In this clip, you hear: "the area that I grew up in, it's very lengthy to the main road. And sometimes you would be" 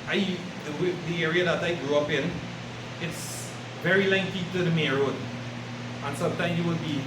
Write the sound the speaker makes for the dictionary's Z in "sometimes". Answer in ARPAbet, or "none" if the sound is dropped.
none